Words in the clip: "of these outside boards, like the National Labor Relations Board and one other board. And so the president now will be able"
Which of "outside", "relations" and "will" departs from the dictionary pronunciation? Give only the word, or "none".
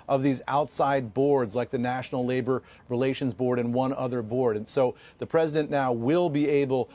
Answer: none